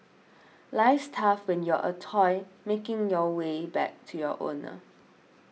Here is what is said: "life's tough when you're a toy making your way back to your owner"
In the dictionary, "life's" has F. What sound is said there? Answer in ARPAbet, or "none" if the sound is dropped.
none